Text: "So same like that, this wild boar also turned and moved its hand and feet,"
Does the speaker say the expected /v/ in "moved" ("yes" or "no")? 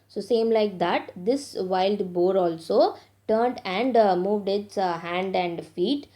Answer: yes